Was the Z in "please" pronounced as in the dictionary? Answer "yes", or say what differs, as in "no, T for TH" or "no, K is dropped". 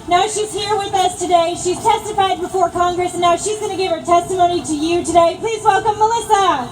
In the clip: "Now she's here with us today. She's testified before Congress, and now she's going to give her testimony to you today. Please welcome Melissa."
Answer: yes